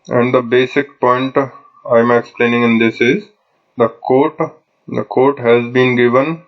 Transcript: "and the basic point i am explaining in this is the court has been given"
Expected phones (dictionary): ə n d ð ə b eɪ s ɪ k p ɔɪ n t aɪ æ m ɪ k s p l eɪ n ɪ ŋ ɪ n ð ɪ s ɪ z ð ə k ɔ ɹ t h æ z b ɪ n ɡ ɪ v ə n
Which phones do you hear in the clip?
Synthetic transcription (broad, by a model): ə n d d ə b eɪ s ɪ k p ɔɪ n t aɪ m ɪ k s p l eɪ n ɪ ŋ ɪ n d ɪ s ɪ z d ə k ɔ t t h æ z b ɪ n ɡ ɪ v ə n